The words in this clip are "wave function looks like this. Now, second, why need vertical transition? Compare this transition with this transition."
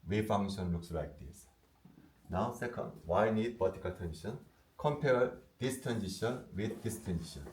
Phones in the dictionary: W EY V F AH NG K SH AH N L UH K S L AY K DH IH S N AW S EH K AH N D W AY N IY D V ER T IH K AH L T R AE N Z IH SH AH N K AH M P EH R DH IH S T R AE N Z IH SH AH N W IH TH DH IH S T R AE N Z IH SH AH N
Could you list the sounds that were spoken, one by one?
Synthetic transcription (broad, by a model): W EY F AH NG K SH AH N L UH K S L AY K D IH S N AW S EH K AH N D W AY N IY D B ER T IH K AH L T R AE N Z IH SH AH N K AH M P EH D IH S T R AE N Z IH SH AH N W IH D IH S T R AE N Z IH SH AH N